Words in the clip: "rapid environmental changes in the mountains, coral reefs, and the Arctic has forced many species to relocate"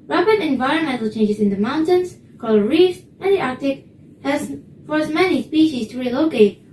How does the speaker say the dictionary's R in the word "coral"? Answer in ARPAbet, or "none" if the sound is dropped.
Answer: L